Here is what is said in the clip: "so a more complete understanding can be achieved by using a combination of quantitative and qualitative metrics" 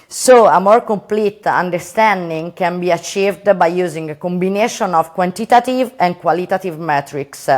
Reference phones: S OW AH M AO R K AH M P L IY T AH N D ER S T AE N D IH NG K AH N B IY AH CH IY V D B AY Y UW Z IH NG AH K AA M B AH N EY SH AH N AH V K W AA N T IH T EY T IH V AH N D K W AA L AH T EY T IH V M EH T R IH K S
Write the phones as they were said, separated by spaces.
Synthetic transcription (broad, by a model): S OW AH M AO R K AH M P L IY T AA N D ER S T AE N D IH NG K AH N B IY AH CH IY V D B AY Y UW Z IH NG AH K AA M B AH N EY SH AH N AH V K W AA N T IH T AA T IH V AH N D K W AA L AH T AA T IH V M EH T R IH K S